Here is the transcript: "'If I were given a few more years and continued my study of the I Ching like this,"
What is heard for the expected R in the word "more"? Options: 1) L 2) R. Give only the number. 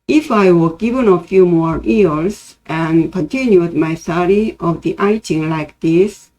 2